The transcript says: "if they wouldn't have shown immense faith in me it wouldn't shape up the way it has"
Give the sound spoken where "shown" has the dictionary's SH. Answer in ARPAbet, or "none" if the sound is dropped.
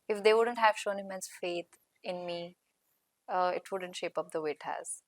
SH